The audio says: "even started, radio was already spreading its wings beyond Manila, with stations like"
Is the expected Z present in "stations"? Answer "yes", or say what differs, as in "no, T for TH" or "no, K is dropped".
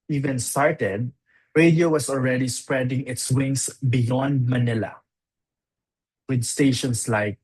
no, S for Z